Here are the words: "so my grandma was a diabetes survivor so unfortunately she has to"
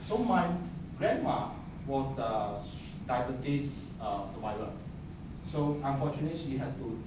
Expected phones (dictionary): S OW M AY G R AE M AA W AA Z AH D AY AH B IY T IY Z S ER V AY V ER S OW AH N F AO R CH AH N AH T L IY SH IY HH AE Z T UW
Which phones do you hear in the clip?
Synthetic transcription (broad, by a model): S OW M AY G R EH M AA W AA S AH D AY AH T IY S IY S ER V AY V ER S OW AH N F AO CH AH N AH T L IY SH IY HH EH S T UW